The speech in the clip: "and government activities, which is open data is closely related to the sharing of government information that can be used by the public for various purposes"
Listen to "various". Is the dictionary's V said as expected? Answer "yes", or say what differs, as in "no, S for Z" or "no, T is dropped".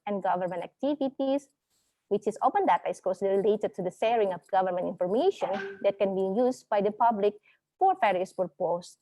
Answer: no, F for V